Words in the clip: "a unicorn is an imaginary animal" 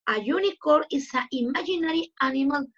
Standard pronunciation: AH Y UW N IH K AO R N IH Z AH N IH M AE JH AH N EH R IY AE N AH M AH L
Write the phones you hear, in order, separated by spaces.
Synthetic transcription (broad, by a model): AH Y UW N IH K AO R IH S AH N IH M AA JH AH N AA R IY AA N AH M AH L